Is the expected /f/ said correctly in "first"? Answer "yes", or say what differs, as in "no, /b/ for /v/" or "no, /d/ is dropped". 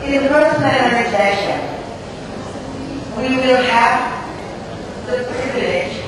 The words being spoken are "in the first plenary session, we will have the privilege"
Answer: no, /p/ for /f/